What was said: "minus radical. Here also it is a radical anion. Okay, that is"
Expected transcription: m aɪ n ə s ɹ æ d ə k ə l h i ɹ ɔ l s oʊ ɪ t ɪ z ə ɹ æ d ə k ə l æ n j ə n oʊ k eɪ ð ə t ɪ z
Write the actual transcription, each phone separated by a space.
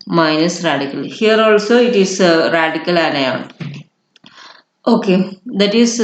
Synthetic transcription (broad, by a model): m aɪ n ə s ɹ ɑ d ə k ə l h i ɹ ɔ l s oʊ ɪ t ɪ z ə ɹ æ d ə k ə l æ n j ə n oʊ k eɪ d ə t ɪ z